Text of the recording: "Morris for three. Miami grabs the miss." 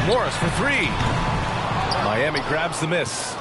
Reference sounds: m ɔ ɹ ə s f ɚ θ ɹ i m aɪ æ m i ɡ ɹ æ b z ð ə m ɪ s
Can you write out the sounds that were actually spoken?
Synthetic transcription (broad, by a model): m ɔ ɹ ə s f ɚ θ ɹ i m aɪ æ m i ɡ ɹ æ b z ð ə m ɪ s